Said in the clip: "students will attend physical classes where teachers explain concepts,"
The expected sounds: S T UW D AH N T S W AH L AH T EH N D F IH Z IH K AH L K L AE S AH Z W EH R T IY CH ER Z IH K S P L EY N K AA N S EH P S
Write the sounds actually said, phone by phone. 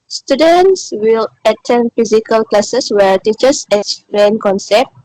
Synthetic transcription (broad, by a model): S T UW D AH N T S W AH L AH T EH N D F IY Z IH K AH L K L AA S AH S W EH R T IY CH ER S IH S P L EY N K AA N S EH P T